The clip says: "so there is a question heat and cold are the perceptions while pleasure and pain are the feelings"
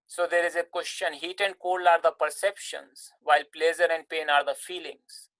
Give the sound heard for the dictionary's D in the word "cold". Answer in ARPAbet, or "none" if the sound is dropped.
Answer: none